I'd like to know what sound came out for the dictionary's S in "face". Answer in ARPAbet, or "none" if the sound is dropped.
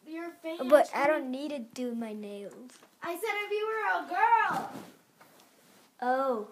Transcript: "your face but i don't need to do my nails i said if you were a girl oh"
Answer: none